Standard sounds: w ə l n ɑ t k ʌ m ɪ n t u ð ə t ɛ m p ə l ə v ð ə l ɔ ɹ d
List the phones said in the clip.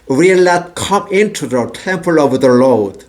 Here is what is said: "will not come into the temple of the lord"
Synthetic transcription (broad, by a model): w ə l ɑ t k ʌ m ɪ n t u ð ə t ɛ m p ə l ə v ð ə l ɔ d